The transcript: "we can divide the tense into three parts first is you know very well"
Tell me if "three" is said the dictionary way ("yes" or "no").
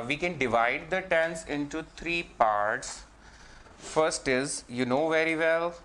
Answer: no